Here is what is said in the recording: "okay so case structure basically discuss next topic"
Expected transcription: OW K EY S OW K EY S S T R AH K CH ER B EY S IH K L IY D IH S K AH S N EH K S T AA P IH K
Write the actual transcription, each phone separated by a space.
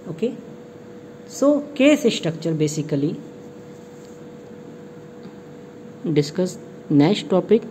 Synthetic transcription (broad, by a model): OW K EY S OW K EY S S T R AH K CH ER B EY S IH K L IY D IH S K AH S N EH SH T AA P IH K